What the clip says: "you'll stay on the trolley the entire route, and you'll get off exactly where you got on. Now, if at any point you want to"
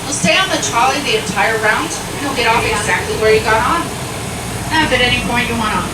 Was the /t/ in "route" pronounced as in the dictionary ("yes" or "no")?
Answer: no